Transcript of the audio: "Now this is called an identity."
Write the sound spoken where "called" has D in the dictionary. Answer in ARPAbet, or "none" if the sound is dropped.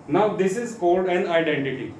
D